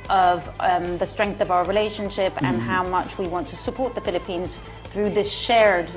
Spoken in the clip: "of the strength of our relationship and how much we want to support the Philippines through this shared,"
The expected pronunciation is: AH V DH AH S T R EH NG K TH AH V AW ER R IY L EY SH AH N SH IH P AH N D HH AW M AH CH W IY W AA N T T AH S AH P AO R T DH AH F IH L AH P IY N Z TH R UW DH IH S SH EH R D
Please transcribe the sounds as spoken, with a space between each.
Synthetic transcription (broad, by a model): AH V DH AH S T R EH NG K TH AH V AW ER R IY L EY SH AH N SH IH P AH N HH AW M AH CH W IY W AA N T T AH S AH P AO R T DH AH F IH L AH P IY N Z TH R UW DH IH S SH EH R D